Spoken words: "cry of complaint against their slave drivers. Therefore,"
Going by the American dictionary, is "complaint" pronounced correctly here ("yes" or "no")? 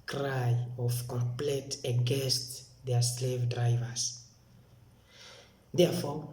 no